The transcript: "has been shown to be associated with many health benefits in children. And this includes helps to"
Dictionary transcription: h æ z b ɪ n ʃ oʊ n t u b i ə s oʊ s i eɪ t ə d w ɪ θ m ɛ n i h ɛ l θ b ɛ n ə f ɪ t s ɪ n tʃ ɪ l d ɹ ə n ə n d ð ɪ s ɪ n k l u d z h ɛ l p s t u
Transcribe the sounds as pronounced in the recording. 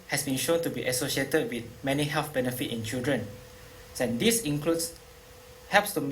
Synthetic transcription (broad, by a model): h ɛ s b ɪ n ʃ oʊ n t u b i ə s oʊ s i eɪ t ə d w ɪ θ m ɛ n i h ɛ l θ b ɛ n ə f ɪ t ɪ n tʃ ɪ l d ɹ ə n ə n d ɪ s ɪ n k l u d s h ɛ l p s t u